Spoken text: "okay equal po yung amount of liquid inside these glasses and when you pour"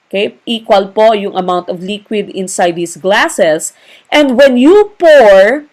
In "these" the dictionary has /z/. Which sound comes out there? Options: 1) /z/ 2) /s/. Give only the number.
2